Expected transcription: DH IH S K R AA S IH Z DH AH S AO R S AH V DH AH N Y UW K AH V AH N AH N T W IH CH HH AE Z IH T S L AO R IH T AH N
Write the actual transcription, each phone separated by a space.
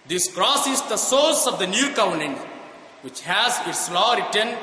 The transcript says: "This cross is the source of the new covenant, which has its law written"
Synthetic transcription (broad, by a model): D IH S K R AA S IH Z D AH S AO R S AH V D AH N Y UW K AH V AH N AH N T W IH CH HH AE Z IH T S L AO R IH T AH N